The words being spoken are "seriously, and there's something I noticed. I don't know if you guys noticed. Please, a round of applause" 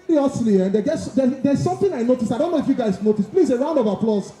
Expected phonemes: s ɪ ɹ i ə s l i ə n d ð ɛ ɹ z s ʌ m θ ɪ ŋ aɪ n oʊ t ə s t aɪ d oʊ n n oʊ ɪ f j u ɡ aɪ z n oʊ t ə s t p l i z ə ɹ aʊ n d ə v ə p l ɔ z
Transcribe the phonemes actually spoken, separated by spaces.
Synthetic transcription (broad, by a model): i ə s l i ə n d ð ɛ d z s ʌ m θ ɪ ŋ aɪ n oʊ t ə s t aɪ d oʊ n n oʊ ɪ f j u ɡ aɪ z n oʊ t ə s t p l i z ə ɹ aʊ n d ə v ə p l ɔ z